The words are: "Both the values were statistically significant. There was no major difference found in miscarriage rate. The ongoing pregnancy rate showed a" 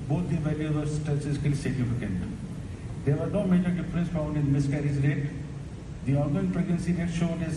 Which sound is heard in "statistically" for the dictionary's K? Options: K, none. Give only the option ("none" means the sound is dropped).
none